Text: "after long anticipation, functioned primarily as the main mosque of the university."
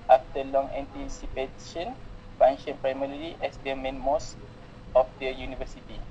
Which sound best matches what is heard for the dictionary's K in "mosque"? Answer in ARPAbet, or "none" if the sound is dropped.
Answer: none